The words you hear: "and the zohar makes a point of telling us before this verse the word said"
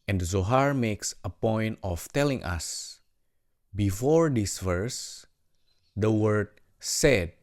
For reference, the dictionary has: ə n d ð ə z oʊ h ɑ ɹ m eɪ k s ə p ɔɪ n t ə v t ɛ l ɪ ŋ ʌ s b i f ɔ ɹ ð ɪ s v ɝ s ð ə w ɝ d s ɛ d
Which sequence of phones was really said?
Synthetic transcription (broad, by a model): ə n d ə z oʊ h ɑ ɹ m eɪ k s ə p ɔɪ n t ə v t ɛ l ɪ ŋ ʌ s b i f ɔ ɹ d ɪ s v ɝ s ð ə w ɝ d s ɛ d